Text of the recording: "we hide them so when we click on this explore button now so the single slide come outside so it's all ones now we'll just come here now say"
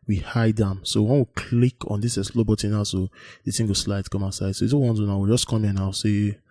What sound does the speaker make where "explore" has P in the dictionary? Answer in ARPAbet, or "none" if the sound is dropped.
none